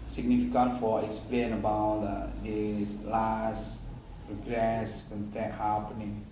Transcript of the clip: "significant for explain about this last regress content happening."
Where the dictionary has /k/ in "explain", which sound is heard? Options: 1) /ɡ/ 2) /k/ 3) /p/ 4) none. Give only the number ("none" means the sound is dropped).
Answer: 2